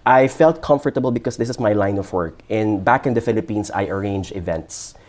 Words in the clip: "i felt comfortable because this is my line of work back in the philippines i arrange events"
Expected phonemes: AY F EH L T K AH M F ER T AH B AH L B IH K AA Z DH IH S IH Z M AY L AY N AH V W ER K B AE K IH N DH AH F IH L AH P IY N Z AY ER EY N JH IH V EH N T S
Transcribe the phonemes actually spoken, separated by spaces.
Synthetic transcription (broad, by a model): AY F EH L T K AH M F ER T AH B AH L B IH K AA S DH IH S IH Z M AY L AY N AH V W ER K B AE K IH N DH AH F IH L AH P IY N S AY ER EY N JH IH V EH N T S